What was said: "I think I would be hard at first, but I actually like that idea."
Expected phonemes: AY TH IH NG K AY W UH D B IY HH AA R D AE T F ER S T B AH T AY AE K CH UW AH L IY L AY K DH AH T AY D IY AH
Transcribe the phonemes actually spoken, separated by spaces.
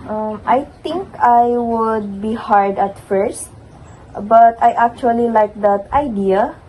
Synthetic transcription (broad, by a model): AY T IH NG K AY W UH D B IY HH AA R D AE T F ER S T B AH T AY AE K CH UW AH L IY L AY K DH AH T AY D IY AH